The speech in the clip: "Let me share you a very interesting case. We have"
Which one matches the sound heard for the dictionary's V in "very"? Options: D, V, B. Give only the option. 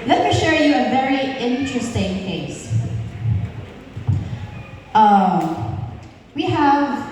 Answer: V